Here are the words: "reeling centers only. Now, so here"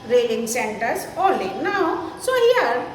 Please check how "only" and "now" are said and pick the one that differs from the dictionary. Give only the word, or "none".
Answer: only